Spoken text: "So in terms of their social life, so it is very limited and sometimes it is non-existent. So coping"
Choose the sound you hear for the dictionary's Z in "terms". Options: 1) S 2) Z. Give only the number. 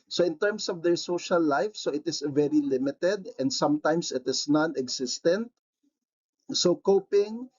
1